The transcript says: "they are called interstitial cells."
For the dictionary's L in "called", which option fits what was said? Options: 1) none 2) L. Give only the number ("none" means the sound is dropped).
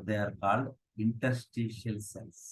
2